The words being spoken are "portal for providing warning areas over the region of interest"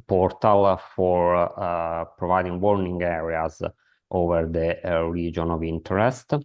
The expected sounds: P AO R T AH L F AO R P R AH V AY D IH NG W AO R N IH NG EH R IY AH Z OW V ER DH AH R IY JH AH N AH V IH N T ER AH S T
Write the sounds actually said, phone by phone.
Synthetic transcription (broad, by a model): P AO R T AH L F AO R P R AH V AY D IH NG W AO R N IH NG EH R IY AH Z OW V ER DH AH R IY JH AH N AH V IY N T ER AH S T